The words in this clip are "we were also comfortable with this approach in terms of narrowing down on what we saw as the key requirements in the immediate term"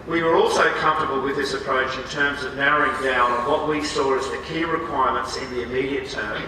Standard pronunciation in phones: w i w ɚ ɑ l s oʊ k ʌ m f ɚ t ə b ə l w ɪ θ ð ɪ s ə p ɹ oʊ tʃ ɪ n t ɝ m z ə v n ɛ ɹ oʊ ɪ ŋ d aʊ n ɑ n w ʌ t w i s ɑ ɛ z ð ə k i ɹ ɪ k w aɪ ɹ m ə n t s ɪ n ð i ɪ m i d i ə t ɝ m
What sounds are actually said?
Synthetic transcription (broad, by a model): w i w ɚ ɑ l s oʊ k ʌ m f t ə b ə l w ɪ ð ɪ s ə p ɹ oʊ tʃ ɪ n t ɝ m z ə v n ɛ ɹ oʊ ɪ ŋ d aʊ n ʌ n w ʌ t w i s ɑ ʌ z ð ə k i ɹ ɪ k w aɪ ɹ m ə n t s ɪ n ð i ɪ m i d i ə t ɝ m